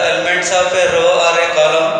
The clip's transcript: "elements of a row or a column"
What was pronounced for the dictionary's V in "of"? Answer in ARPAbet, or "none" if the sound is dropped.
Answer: P